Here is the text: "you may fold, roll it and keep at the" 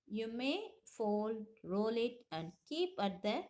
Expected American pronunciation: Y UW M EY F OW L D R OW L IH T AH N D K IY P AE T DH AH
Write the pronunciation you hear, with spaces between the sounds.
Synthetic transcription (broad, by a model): Y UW M EY F OW L D R OW L IH T AH N D K IY P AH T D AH